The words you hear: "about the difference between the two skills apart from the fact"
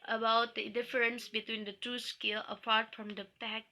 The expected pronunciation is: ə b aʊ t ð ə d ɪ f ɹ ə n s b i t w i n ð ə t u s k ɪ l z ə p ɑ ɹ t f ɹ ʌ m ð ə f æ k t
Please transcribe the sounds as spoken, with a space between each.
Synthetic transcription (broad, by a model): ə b aʊ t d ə d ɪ f ɹ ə n s b i t w i n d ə t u s k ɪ l ə p ɑ ɹ t f ɹ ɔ m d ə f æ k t